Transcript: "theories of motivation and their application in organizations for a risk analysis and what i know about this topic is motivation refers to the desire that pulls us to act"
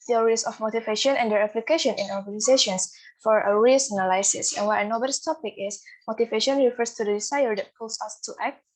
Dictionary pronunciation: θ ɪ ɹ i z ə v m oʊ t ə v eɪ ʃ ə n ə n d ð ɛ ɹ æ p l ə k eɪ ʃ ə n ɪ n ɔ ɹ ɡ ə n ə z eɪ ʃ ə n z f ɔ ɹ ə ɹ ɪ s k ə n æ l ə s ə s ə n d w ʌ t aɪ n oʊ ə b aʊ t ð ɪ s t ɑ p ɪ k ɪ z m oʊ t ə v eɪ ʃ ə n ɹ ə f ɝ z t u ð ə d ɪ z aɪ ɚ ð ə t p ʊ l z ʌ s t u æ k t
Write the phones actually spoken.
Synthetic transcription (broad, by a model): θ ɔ ɹ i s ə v m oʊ t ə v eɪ ʃ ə n ə n d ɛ ɹ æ p l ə k eɪ ʃ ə n ɪ n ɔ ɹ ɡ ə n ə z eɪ ʃ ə n s f ɔ ɹ ə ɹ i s ə n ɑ l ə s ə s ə n w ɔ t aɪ n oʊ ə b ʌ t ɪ s t ɑ p ɪ k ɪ s m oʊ t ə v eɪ ʃ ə n ɹ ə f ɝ s t u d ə d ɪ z aɪ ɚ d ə t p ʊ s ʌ s t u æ k t